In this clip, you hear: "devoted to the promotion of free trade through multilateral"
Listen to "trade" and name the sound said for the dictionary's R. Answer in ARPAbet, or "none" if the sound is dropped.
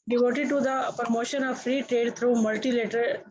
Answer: R